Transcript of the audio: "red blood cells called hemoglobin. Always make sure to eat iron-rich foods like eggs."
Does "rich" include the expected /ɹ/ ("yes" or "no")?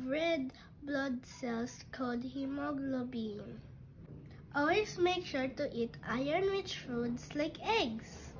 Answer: no